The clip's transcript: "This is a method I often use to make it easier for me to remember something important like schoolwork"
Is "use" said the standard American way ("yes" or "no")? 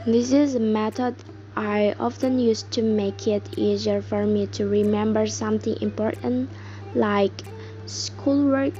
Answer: yes